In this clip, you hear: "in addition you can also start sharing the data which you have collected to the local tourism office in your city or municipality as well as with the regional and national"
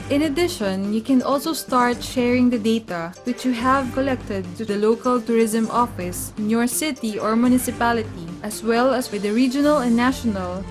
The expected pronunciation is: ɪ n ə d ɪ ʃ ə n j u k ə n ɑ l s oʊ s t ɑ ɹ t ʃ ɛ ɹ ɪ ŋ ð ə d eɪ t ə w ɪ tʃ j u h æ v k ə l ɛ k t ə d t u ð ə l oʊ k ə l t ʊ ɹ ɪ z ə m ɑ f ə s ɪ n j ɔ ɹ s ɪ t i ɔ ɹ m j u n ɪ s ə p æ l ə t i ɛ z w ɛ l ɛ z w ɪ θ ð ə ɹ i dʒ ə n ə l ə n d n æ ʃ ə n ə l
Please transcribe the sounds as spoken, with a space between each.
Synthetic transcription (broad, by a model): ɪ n ə d ɪ ʃ ə n j u k ə n ɑ l s oʊ s t ɑ ɹ t ʃ ɛ ɹ ɪ ŋ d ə d eɪ t ə w ɪ tʃ j u h æ v k ə l ɛ k t ə d t u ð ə l oʊ k ə l t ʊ ɹ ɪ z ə m ɑ f ə s ɪ n j ɔ ɹ s ɪ t i ɔ ɹ m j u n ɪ s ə p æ l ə t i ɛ s w ɛ l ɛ s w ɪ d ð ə ɹ i dʒ ə n ə l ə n n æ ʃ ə n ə l